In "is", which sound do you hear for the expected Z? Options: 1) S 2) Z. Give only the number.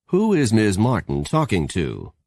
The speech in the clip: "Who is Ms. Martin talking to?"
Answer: 2